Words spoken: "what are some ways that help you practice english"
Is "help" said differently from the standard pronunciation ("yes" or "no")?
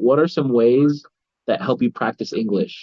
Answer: no